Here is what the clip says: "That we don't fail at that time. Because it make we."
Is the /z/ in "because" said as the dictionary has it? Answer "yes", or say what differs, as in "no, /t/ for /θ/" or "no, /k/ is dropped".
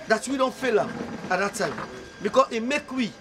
no, /s/ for /z/